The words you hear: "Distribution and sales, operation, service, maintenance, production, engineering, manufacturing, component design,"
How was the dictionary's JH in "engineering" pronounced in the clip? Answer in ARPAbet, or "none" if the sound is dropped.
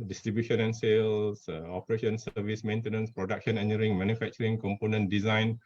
none